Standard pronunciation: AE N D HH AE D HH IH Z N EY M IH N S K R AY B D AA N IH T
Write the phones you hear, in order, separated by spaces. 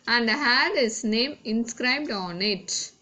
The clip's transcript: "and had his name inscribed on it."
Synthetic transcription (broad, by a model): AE N D HH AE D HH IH S N EY M IH N S K R AY B D AA N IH T